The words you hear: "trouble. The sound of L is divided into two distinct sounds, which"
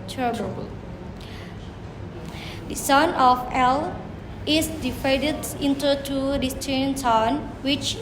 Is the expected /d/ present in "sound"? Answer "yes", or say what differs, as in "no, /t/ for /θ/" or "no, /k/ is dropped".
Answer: no, /d/ is dropped